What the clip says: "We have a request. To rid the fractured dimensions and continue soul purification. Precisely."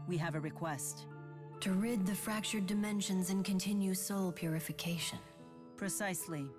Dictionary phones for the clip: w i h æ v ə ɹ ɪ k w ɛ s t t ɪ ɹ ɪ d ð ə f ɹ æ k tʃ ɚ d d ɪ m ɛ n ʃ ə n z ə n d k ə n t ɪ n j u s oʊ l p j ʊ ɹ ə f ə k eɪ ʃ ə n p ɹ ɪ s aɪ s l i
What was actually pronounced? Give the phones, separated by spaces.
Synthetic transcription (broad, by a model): w i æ v ə ɹ ɪ k w ɛ s t t ɪ ɹ ɪ d ð ə f ɹ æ k tʃ ɚ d d ɪ m ɛ n ʃ ə n z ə n k ə n t ɪ n j u s oʊ l p j ʊ ɹ ə f ə k eɪ ʃ ə n p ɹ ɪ s aɪ s l i